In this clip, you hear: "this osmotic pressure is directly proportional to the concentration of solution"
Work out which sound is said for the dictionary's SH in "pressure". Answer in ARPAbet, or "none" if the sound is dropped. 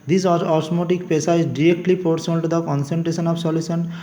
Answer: S